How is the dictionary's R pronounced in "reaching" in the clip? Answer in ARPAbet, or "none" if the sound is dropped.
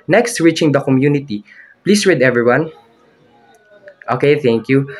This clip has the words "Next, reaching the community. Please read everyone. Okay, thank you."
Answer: R